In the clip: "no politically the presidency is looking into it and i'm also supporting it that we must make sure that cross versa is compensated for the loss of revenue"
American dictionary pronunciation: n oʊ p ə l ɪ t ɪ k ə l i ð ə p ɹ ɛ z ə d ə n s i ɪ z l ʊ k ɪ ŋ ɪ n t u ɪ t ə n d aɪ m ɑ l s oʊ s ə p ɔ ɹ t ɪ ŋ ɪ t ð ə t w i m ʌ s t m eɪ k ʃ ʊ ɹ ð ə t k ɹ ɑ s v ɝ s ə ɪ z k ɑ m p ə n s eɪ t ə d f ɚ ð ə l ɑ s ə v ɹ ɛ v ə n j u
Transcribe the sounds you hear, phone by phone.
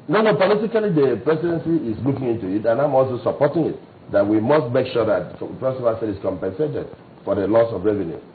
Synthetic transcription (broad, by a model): n oʊ p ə l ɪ t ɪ k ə l i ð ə p ɹ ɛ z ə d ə n s i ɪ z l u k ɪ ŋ ɪ n t u ɪ t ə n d aɪ m ɑ l s oʊ s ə p ɔ t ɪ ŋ ɪ t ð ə t w i m ʌ s t m eɪ k ʃ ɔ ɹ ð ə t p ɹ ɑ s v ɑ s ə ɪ s k ɑ m p ə n s eɪ t ə d f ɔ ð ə l ɑ s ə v ɹ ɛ v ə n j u